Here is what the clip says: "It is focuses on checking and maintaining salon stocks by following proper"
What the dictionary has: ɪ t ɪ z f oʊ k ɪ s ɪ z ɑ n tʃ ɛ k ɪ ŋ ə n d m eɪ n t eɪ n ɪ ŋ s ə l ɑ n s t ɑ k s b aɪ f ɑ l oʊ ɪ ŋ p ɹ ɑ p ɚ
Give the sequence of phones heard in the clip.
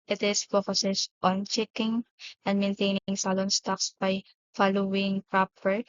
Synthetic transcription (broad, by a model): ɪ t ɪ s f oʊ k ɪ s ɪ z ɑ n tʃ ɛ k ɪ ŋ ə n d m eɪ n t eɪ n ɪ ŋ s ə l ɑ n s t ɑ k s b aɪ f ɑ l oʊ ɪ ŋ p ɹ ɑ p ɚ